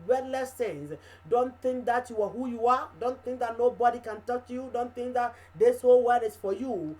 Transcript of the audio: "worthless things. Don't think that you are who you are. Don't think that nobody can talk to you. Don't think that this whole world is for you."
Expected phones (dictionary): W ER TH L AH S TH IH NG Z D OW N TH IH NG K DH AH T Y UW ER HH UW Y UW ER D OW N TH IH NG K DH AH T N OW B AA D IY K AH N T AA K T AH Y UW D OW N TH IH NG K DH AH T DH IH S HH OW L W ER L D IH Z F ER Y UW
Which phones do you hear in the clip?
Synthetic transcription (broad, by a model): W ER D L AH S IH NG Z D OW N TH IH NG K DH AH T Y UW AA HH UW Y UW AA D OW N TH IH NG K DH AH T N OW B AA D IY K AH N T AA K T Y UW D OW N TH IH NG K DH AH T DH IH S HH OW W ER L IH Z F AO Y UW